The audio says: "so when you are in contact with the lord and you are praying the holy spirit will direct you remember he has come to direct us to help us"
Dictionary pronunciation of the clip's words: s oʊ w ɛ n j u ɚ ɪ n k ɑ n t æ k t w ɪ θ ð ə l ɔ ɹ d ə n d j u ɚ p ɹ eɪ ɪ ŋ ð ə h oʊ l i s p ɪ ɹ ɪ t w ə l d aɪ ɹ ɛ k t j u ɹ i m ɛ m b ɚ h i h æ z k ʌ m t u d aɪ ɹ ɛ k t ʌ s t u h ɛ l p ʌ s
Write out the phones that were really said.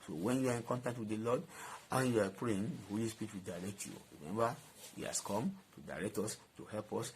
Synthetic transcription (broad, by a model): s oʊ w ɛ n j u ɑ ɪ n k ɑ n t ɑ k t w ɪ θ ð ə l ɔ d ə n j u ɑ p ɹ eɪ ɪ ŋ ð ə h oʊ l i s p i ɹ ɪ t w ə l d aɪ ɹ ɛ k t j u ɹ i m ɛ m b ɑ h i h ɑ s k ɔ m t u d aɪ ɹ ɛ k t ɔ s t u h ɛ l p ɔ s